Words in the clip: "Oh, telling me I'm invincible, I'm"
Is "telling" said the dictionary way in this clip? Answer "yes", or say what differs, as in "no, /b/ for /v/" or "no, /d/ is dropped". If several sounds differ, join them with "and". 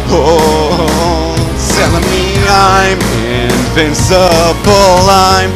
no, /s/ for /t/